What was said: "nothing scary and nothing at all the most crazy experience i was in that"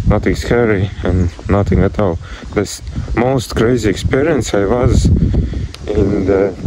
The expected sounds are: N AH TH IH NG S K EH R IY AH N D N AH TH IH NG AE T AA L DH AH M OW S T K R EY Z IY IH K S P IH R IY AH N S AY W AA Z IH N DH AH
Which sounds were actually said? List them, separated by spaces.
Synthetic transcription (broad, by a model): N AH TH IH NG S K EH R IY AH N N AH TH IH NG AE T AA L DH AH M OW S T K R EY Z IY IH K S P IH R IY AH N S AY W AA Z IH N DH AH